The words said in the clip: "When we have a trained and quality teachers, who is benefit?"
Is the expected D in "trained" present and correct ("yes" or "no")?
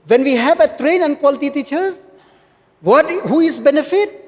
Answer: no